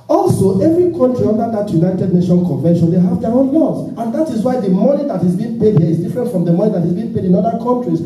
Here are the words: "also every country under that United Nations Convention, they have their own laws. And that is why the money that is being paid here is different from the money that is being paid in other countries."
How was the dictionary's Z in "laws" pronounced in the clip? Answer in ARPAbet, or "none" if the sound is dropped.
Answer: S